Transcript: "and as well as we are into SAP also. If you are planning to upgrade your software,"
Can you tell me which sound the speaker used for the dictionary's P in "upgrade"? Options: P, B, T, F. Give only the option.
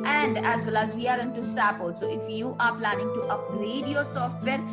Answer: B